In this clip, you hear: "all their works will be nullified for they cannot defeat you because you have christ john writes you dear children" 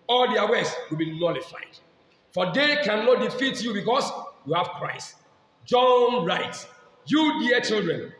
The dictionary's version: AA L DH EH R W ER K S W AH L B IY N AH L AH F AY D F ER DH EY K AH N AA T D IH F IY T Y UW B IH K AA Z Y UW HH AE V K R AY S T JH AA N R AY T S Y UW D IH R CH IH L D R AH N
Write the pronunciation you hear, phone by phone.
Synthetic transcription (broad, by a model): AA L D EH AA W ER S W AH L B IY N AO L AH F AY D F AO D EY K AH N AA T D IH F IY T Y UW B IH K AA S Y UW HH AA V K R AY S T JH AA N R AY T S Y UW D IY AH CH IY L D R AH N